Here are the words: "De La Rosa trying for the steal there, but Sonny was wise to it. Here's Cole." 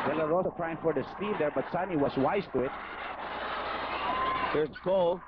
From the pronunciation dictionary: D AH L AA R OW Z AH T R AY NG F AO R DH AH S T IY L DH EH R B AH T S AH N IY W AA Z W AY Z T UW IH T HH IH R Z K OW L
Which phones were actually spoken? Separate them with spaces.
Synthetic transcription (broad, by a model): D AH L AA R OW S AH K R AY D F AO R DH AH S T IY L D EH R B AH T S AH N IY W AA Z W AY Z T UW IH T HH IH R K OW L